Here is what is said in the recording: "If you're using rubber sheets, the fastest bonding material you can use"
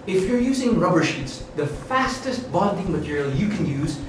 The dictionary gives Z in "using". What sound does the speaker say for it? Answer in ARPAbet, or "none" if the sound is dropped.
Z